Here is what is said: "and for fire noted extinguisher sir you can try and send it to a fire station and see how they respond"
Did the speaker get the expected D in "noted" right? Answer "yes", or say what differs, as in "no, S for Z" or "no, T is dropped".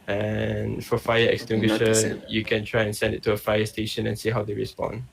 no, D is dropped